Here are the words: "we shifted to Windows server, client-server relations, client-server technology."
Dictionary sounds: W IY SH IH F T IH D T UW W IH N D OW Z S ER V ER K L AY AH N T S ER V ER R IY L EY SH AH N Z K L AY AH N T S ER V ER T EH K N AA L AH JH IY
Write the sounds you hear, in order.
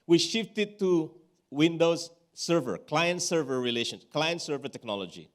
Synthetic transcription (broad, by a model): W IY SH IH F T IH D T UW W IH N D OW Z S ER V ER K L AY AH N T S ER V ER R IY L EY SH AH N K L AY AH N T S ER V ER T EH K N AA L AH JH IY